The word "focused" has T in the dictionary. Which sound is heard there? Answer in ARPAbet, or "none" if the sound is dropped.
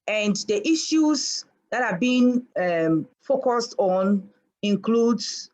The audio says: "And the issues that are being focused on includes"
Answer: T